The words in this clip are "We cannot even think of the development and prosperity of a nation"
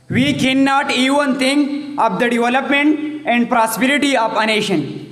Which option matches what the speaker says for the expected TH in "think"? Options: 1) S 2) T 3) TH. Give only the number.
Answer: 2